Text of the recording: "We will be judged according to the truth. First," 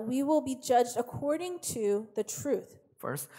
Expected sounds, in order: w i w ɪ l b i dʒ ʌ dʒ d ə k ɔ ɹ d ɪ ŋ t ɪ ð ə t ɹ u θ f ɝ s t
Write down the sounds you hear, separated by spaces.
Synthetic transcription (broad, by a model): w i w ɪ l b i dʒ ʌ dʒ d ə k ɔ ɹ d ɪ ŋ t ɪ ð ə t ɹ u θ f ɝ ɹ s